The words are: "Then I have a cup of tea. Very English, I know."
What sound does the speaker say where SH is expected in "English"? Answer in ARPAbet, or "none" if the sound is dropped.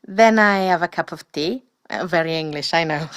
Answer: SH